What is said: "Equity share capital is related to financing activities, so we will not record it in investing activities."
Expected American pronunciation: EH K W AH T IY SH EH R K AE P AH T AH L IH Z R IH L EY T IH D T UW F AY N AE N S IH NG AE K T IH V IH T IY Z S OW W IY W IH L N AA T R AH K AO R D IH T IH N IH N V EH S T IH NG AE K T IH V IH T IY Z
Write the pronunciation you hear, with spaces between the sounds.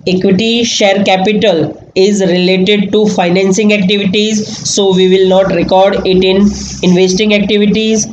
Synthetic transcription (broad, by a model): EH K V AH T IY SH EH R K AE P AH T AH L IH Z R IH L EY T IH D T UW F AY N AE N S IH NG AE K T IH V IH T IY Z S OW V IY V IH L N AA T R AH K AO R D IH T IH N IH N V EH S T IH NG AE K T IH V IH T IY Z